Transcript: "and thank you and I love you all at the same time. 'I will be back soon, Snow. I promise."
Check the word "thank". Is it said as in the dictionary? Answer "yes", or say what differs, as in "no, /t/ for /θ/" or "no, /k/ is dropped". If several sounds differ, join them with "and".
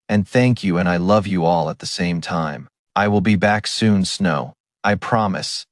yes